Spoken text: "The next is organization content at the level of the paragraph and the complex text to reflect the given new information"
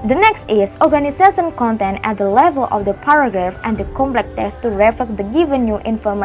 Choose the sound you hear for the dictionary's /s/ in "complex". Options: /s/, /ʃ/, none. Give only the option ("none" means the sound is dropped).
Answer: none